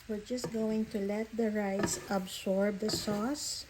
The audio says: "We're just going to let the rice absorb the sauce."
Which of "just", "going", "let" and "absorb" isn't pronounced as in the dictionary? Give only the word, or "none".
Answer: absorb